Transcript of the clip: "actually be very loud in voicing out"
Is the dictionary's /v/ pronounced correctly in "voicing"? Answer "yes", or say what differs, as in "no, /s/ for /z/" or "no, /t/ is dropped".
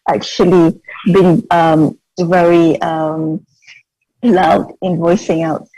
yes